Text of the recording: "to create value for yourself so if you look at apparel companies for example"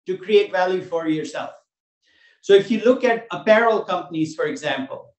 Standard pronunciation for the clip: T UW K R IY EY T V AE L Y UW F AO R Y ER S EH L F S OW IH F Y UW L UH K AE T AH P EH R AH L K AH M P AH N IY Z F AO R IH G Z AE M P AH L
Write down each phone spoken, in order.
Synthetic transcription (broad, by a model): T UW K R IY EY T V AE L Y UW F AO R Y ER S EH L F S OW IH F Y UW L UH K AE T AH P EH R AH L K AH M P AH N IY Z F AO R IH G Z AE M P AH L